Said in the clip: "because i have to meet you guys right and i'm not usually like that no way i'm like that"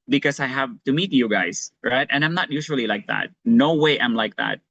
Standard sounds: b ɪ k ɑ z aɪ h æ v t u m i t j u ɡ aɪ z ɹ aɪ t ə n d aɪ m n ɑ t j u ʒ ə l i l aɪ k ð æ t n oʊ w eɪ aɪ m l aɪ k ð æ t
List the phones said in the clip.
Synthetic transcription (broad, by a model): b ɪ k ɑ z aɪ h æ v t u m i t j u ɡ aɪ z ɹ aɪ t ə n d aɪ m n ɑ t j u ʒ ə l i l aɪ k ð æ t n oʊ w eɪ aɪ m l aɪ k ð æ t